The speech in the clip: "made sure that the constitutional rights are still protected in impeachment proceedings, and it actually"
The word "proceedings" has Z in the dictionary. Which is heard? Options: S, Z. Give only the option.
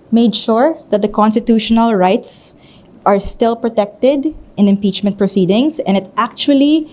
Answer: S